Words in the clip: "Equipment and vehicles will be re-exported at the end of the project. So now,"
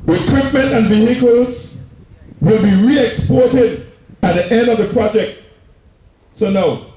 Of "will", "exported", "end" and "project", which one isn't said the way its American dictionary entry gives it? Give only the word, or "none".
none